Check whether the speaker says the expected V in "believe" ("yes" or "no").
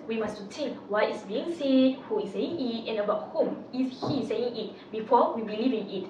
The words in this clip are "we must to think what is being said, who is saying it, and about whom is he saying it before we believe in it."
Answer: yes